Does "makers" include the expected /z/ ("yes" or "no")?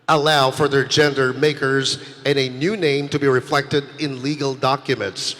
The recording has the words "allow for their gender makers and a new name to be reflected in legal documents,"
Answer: yes